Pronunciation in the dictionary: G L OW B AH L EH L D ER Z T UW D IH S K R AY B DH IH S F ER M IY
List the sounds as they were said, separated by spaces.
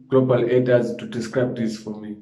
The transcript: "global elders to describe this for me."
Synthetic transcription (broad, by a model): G L OW B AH L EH D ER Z T UW D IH S K R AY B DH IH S F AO M IY